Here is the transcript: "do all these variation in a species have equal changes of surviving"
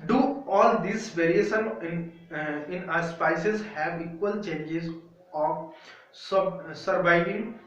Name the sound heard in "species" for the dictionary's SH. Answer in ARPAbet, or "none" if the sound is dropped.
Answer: S